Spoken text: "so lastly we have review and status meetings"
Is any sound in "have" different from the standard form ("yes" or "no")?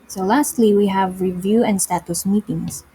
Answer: no